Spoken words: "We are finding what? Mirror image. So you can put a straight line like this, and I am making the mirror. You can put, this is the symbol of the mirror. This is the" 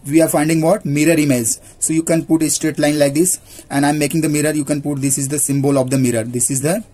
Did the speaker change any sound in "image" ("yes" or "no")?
yes